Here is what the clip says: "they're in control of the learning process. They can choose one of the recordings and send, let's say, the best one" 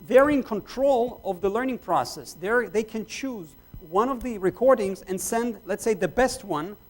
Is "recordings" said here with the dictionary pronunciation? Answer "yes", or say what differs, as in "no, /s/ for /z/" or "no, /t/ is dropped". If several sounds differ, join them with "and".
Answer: yes